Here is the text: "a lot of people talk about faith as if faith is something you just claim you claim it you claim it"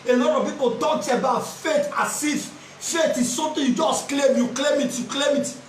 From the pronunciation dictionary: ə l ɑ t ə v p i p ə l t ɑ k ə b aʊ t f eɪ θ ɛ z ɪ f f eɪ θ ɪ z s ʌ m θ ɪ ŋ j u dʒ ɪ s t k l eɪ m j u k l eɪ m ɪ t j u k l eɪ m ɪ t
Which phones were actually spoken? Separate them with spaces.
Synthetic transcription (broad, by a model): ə l ɑ t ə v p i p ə n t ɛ ə b aʊ t f eɪ t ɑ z ɪ f f eɪ t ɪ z s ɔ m t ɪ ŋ j u dʒ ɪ s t k l eɪ m j u k l eɪ m ɪ t j u k l eɪ m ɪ t